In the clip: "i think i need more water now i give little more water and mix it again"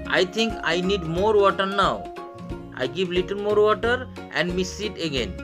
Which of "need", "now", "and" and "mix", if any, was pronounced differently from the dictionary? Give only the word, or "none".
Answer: mix